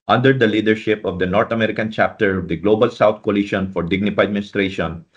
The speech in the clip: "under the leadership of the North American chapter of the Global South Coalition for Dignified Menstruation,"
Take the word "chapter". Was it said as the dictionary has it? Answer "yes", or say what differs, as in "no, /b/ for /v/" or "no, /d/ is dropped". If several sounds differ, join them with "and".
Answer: yes